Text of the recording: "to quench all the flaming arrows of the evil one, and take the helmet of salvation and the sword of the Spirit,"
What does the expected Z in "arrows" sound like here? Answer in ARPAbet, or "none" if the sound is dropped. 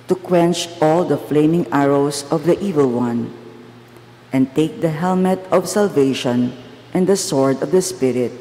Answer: S